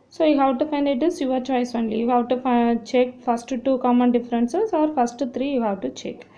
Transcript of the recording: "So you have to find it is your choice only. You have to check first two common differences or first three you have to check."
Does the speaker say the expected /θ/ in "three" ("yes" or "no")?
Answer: no